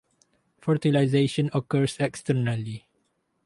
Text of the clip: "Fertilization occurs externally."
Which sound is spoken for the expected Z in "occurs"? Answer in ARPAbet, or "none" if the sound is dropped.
S